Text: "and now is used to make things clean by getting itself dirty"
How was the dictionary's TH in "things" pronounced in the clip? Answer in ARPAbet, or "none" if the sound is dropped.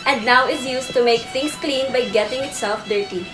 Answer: T